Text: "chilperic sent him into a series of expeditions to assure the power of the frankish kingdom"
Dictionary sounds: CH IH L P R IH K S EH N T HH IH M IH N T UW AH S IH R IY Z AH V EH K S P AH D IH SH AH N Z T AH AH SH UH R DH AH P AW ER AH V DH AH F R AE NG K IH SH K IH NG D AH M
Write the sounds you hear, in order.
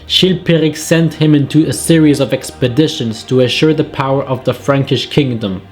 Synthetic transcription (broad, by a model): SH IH L P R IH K S EH N T HH IH M IH N T UW AH S IH R IY Z AH V EH K S P AH D IH SH AH N Z T AH AH SH UH R DH AH P AW ER AH V DH AH F R AE NG K IH SH K IH NG D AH M